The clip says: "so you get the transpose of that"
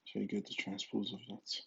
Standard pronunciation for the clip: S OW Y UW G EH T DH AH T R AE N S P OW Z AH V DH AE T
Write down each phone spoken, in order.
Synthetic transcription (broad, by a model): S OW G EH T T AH T R AE N S P OW Z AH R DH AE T